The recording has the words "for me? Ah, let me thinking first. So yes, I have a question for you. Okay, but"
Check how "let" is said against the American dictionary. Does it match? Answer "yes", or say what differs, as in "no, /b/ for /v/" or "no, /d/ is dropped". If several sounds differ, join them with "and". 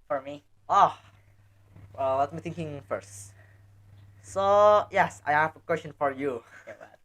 no, /w/ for /l/